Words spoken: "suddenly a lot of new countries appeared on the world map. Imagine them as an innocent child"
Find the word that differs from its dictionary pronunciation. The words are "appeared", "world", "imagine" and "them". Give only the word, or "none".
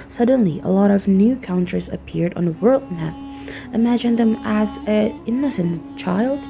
none